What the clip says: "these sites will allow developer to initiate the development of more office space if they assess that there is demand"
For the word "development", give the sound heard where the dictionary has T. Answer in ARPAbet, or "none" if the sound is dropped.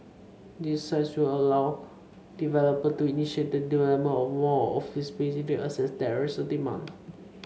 none